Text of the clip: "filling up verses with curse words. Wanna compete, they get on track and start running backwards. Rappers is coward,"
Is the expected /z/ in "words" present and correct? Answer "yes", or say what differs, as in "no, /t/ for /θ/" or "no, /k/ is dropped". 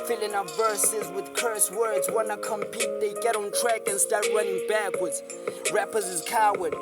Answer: yes